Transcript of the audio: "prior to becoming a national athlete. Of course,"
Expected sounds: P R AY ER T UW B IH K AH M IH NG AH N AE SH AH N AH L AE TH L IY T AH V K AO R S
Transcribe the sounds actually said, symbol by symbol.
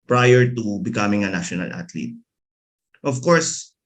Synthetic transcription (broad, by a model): P R AY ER T UW B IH K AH M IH NG AH N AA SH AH N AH L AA T L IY T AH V K AO R S